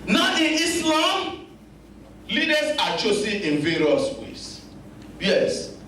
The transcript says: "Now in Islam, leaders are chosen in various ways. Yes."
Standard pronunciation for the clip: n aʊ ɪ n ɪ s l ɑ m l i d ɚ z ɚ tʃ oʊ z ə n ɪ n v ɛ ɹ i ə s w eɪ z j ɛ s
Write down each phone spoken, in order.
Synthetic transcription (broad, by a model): n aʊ ɪ n ɪ s l ɑ m l i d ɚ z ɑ tʃ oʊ s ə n ɪ n v ɛ ɹ i ə s w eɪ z j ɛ s